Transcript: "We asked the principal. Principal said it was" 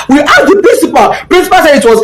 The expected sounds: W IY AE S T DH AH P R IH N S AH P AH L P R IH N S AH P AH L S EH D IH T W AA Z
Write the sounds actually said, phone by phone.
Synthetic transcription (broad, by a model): W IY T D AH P R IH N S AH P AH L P R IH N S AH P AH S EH IH T W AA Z